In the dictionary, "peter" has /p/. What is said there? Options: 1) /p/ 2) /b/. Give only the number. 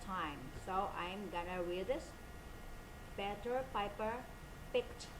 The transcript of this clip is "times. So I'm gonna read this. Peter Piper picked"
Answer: 2